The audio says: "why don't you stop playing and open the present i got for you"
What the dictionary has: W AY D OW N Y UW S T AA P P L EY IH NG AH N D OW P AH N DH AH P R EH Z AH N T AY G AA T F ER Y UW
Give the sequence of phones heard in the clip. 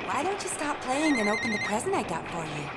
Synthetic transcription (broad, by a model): W AY D OW N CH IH S T AA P P L EY IH NG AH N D OW P AH N DH AH P R EH Z AH N T AY G AA T F ER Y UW